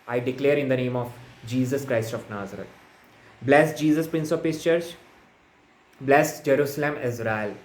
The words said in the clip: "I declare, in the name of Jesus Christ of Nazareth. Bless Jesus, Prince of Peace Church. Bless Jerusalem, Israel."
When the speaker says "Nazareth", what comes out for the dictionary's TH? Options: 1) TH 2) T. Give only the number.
2